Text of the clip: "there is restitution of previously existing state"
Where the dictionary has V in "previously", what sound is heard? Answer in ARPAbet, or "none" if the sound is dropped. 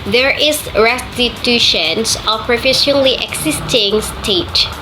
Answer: F